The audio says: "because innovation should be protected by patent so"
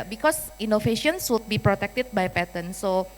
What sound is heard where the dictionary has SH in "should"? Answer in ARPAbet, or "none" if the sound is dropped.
S